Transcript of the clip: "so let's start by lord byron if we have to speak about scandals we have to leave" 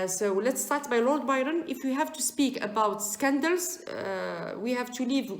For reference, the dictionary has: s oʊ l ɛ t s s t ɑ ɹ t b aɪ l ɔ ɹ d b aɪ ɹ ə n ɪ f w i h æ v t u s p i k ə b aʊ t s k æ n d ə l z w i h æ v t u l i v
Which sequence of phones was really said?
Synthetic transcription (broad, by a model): s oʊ l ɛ t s s t ɑ ɹ t b aɪ l ɔ ɹ d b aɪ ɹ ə n ɪ f w i h æ v t u s p i k ə b aʊ t s k æ n d ə l z w i h æ v t u l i v